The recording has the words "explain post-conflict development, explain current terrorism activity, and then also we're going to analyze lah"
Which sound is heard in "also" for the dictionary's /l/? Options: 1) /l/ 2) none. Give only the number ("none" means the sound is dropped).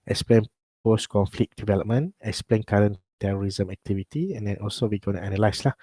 1